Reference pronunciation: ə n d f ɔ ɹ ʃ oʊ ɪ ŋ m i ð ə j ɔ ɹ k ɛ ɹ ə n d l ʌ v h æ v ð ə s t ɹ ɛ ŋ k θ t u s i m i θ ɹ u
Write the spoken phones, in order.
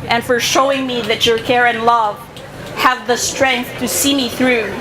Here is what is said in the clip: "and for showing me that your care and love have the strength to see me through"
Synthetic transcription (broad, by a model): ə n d f ɔ ɹ ʃ oʊ ɪ ŋ m i ð ə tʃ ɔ ɹ k ɛ ɹ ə n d l ʌ v h æ v ð ə s t ɹ ɛ ŋ k θ t u s i m i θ ɹ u